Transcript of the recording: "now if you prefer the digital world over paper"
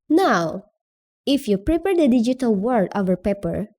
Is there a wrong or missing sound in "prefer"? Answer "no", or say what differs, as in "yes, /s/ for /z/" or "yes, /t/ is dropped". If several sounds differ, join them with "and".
yes, /p/ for /f/